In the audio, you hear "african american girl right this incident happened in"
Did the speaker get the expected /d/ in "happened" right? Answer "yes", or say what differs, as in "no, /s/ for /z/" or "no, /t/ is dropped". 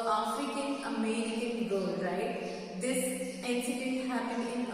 no, /d/ is dropped